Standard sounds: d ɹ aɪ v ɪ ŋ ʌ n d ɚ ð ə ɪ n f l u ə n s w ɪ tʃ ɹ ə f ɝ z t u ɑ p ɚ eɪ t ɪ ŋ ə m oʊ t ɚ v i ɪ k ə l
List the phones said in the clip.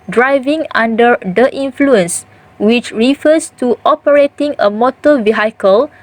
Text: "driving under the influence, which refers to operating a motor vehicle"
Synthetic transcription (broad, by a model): d ɹ aɪ v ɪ ŋ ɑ n d ɚ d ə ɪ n f l u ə n s w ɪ tʃ ɹ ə f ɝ s t u ɑ p ɚ eɪ t ɪ ŋ ə m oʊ t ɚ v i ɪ k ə l